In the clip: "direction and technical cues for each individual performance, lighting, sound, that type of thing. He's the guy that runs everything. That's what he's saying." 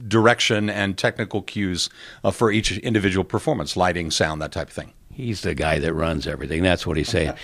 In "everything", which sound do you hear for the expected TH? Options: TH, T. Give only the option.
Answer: TH